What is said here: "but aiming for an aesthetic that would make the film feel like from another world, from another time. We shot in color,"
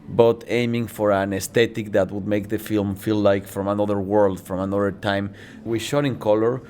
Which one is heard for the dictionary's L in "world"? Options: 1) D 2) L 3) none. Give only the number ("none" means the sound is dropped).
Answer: 2